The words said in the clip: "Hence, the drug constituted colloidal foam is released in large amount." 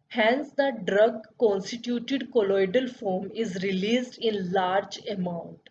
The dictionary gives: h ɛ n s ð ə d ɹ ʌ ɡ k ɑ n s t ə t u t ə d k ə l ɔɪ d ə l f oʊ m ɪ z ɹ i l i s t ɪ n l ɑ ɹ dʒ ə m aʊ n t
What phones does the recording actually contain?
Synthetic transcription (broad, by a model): h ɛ n s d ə d ɹ ʌ ɡ k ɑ n s t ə t u t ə d k ə l ɔɪ d ə l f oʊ m ɪ z ɹ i l i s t ɪ n l ɑ ɹ dʒ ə m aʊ n t